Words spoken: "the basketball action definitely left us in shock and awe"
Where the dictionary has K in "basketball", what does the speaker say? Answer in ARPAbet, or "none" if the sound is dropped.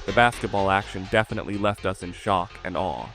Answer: K